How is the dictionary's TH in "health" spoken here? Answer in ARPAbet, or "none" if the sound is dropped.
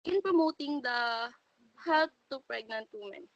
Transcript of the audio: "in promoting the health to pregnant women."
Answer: T